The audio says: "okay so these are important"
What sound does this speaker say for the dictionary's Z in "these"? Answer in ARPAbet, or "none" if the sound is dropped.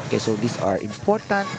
S